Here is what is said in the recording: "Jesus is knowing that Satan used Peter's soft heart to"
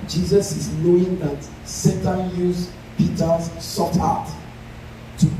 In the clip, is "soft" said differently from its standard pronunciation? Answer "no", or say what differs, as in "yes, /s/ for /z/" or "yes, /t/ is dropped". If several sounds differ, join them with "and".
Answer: yes, /f/ is dropped